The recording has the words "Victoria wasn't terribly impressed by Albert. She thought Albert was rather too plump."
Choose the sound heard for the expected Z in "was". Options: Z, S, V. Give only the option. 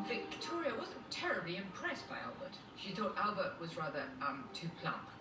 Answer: Z